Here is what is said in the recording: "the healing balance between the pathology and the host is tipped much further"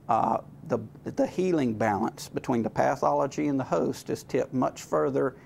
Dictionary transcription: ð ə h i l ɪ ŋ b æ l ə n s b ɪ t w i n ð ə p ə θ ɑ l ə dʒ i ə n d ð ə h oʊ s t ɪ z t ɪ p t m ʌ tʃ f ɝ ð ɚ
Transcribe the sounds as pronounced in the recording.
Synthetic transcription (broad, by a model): ð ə h i l ɪ ŋ b æ l ə n s b ɪ t w i n ð ə p ə θ ɑ l ə dʒ i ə n ð ə h oʊ s t ɪ z t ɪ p m ʌ tʃ f ɝ ð ɚ